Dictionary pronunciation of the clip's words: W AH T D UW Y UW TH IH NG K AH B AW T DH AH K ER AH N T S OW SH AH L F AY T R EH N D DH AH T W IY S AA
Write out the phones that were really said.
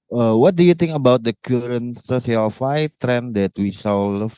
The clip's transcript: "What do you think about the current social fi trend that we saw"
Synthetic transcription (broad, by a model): W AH T D UW Y UW T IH NG K AH B AW T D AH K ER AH N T S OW S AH L F AY T R EH N D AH T W IY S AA